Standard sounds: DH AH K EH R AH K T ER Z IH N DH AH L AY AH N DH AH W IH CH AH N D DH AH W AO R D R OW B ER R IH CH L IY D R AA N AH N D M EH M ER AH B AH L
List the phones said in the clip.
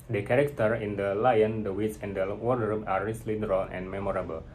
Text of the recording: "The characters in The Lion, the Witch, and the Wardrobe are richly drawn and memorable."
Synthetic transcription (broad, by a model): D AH K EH R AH K T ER IH N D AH L AY AH N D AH W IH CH AH N D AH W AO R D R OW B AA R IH S L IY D R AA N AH N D M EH M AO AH B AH L